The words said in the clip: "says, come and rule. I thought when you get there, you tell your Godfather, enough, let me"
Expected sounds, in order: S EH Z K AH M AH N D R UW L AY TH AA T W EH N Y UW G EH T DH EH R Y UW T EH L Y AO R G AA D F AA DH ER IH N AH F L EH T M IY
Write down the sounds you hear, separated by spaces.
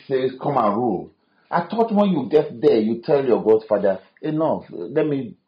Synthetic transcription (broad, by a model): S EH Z K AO M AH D R UW L AY T AA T W EH N Y UW G EH T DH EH Y UW T EH L Y AO G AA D F AA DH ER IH N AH F L EH T M IY